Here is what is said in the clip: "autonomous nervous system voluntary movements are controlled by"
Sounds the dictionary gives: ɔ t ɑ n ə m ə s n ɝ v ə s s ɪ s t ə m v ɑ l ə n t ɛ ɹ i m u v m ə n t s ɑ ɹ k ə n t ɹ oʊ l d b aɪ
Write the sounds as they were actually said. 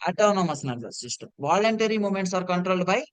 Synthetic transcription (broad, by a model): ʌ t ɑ n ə m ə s n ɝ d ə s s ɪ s t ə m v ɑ l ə n t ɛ ɹ i m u m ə n t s ɑ ɹ k ə n t ɹ oʊ l d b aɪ